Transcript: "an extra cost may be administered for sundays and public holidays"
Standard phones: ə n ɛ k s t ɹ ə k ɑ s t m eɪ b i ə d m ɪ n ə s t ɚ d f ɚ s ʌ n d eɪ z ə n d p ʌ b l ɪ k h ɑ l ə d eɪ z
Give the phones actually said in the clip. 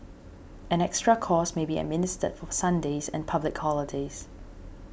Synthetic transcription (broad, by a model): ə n ɛ k s t ɹ ə k ɑ s m eɪ b i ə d m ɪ n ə s t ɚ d f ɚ s ʌ n d eɪ z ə n p ʌ b l ɪ k h ɑ l ə d eɪ z